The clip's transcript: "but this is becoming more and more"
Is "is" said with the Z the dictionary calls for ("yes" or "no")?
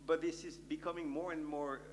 yes